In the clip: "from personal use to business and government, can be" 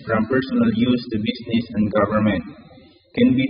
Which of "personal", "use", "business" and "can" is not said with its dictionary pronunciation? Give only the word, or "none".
business